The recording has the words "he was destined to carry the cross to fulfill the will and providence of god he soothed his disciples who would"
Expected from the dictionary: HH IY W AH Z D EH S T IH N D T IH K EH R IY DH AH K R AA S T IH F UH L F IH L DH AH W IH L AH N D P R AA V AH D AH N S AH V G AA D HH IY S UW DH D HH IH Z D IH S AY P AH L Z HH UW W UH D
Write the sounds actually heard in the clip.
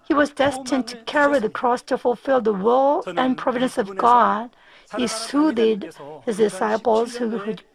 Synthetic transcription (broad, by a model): HH IY W AH Z D EH S T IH N T IH K EH R IY DH AH K R AA S T IH F UH L F IH L DH AH W IH L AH N P R AA V AH D AH N S AH V G AA D HH IY S UW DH D HH IH Z D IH S AY P L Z HH UW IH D